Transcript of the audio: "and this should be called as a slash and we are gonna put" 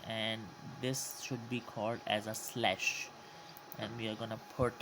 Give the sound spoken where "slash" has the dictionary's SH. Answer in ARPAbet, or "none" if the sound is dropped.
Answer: SH